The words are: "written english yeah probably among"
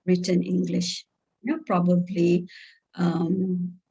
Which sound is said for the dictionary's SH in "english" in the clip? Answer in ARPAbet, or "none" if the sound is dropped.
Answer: SH